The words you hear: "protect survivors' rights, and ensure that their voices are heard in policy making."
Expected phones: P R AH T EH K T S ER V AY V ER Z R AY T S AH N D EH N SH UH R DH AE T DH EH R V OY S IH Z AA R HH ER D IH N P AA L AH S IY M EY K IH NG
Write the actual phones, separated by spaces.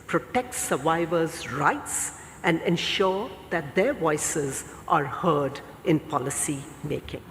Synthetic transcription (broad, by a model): P R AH T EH K T S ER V AY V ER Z R AY T S AH N D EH N SH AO R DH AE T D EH R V OY S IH Z AA R HH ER D IH N P AA L AH S IY M EY K IH NG